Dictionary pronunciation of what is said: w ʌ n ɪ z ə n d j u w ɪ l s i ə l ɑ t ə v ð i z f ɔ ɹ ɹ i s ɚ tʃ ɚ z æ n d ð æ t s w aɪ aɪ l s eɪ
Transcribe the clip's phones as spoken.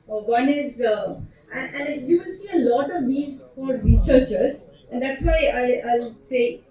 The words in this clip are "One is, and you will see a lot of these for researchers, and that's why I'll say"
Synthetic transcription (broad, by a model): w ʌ n ɪ z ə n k j u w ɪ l s i ə l ɑ t ə v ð i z f ɔ ɹ ɹ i s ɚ tʃ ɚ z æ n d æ t s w aɪ aɪ l s eɪ